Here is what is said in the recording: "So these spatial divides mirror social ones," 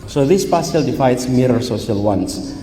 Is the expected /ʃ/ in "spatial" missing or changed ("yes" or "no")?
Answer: yes